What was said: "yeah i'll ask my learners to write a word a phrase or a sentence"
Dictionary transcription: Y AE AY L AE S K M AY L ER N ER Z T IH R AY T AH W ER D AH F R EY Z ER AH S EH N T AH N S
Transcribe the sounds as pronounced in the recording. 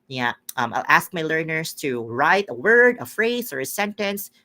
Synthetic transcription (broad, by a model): Y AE AY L AE S K M AY L ER N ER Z T IH R AY T AH W ER D AH F R EY Z ER AH S EH N T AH N S